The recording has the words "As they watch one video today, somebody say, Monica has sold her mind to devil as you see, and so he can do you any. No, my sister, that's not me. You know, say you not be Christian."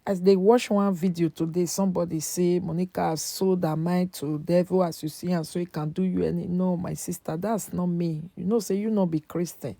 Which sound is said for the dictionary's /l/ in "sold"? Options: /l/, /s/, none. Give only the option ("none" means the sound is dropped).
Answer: none